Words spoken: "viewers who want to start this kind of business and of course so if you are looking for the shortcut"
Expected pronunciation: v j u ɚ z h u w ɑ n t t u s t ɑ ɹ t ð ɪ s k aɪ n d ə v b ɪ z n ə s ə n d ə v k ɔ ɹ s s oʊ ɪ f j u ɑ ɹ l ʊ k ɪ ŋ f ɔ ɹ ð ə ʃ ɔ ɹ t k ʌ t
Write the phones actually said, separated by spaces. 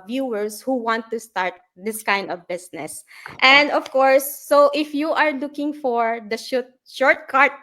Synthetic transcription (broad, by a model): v j u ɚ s h u w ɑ n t t u s t ɑ ɹ t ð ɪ s k aɪ n d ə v b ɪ s n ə s ə n d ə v k ɔ ɹ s s oʊ ɪ f j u ɑ ɹ l ʊ k ɪ ŋ f ɔ ɹ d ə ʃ ɔ ɹ t k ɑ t